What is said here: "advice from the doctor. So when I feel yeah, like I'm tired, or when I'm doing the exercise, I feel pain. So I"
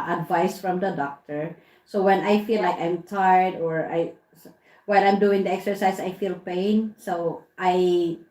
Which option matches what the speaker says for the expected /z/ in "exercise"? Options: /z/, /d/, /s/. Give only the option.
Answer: /s/